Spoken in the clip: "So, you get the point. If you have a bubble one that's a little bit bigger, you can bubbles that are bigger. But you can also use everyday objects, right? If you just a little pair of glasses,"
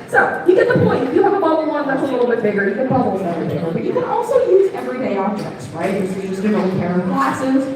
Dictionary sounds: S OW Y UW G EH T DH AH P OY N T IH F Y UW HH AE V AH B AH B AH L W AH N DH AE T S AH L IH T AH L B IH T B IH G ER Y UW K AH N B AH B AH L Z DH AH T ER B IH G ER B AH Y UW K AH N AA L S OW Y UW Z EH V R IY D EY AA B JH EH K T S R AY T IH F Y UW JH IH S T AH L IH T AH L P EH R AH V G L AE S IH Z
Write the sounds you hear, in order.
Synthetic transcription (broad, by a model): S OW Y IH G EH T DH AH P OY N T IH F Y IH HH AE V AH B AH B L W AH N DH AE T S AH L IH T L B IH T B IH G ER Y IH K AH N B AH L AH Z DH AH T ER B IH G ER B AH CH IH K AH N AA L S OW Y UW Z EH V R IY D EY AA JH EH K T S R AY T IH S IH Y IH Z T AH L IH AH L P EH R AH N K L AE S IH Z